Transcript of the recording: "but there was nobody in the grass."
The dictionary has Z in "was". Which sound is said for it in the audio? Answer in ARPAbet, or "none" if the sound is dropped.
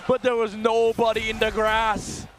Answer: Z